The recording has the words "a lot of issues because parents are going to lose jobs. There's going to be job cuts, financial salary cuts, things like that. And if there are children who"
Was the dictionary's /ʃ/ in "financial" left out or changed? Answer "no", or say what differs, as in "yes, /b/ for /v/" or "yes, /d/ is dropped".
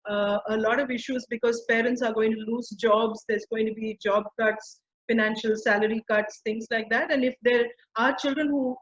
no